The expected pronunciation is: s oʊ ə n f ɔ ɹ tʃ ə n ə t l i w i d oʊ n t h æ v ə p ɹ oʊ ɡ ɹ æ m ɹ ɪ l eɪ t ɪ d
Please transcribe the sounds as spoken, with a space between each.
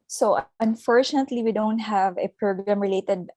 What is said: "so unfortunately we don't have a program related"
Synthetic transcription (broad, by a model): s oʊ ə n f ɔ ɹ tʃ ə n ə t l i w i d oʊ n t h æ v ə p ɹ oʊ ɡ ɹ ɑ m ɹ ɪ l eɪ t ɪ d